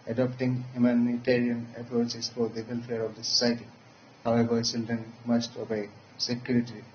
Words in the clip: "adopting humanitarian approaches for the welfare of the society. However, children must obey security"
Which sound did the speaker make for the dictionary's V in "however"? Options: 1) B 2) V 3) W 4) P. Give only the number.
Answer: 1